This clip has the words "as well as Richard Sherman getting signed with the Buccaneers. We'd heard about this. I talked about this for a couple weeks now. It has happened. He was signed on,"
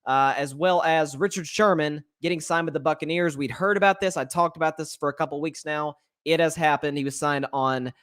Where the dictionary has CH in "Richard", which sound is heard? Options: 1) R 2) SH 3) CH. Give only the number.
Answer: 3